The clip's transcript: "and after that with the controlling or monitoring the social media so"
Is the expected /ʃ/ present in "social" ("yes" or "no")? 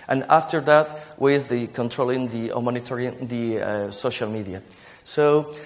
yes